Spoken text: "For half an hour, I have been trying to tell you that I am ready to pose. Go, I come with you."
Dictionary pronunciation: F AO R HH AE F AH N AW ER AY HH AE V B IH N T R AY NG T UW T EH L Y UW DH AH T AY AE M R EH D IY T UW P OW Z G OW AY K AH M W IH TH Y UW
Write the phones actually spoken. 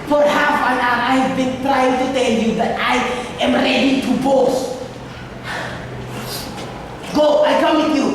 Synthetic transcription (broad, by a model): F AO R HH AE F AH N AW AY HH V B IH N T R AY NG T UW T EH L Y UW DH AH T AY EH M R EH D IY T UW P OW S G OW AY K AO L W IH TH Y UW